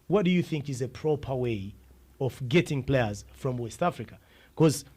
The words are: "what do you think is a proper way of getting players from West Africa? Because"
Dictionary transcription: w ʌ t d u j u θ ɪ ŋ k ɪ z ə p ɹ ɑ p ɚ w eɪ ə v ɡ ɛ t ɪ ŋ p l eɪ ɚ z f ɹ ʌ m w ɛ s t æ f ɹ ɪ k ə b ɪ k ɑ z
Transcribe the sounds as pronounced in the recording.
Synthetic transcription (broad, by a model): w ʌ t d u j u θ ɪ ŋ k ɪ z ə p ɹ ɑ p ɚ w eɪ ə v ɡ ɛ t ɪ ŋ p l eɪ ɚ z f ɹ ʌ m w ɛ s t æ f ɹ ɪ k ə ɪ k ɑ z